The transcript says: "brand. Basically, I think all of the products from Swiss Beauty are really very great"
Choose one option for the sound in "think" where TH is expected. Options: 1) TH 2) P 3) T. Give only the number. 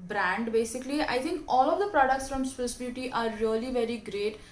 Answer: 3